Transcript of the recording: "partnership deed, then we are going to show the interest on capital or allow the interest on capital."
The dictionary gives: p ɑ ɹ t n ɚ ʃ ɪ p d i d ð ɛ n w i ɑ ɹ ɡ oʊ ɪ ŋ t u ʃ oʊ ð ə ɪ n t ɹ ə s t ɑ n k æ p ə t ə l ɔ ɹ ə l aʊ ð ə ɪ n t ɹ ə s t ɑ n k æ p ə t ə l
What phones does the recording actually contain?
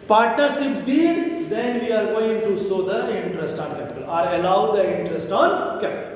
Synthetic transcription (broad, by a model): p ɑ ɹ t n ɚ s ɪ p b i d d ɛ n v i ɑ ɹ ɡ oʊ ɪ ŋ t u s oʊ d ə ɪ n t ɹ ə s t ɑ n k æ p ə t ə l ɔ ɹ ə l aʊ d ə ɪ n t ɹ ə s t ɑ n k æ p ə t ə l